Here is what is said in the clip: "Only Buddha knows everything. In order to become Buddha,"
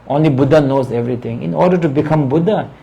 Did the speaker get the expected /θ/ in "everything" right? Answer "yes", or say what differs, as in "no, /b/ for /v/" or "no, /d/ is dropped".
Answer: no, /t/ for /θ/